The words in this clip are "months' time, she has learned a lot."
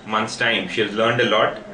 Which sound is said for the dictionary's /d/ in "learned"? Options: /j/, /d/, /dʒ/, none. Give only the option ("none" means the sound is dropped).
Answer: /d/